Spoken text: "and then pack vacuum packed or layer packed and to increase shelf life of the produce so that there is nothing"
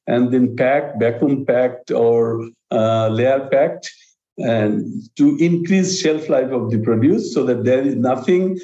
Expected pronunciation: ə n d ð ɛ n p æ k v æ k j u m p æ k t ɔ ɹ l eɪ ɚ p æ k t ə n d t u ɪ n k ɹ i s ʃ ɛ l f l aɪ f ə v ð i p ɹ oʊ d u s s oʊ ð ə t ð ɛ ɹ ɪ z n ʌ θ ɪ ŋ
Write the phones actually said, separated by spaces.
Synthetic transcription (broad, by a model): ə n d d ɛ n p æ k b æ k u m p æ k t ɔ ɹ l eɪ ɚ p æ k t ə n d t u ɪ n k ɹ i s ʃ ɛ l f l aɪ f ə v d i p ɹ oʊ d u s s oʊ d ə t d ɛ ɹ ɪ z n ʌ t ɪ ŋ